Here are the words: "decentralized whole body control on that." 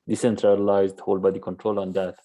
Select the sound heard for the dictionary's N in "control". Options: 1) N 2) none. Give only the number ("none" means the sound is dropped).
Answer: 1